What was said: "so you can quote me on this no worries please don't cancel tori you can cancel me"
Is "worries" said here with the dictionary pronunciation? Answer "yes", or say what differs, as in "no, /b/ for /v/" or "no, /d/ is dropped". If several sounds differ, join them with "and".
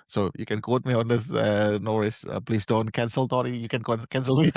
no, /z/ is dropped